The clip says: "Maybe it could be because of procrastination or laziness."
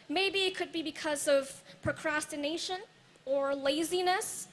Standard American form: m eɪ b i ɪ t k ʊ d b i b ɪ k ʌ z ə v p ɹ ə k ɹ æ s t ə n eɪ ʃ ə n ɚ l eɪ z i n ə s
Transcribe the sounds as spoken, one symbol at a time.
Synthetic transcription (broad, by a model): m eɪ b i ɪ t k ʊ d b i b ɪ k ʌ z ə v p ɹ ə k ɹ æ s t ə n eɪ ʃ ə n ɚ l eɪ z i n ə s